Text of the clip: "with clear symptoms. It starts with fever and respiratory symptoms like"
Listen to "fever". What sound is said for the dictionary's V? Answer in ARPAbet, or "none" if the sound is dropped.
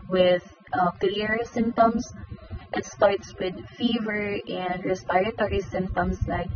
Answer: V